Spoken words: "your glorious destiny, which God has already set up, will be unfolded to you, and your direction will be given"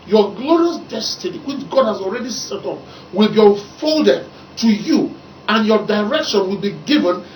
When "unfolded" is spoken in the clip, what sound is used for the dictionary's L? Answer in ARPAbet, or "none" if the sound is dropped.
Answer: L